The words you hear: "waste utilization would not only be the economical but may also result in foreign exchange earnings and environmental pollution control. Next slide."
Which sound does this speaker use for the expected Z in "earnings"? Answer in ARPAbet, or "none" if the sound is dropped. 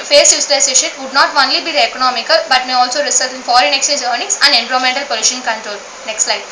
S